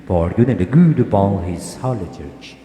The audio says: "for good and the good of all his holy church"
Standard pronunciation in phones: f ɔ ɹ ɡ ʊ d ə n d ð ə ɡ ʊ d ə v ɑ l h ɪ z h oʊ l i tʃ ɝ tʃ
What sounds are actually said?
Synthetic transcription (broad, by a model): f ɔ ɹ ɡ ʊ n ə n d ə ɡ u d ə b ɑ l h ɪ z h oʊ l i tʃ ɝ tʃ